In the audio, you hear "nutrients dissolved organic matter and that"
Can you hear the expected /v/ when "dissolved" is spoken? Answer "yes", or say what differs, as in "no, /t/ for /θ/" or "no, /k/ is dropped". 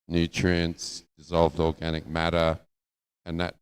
yes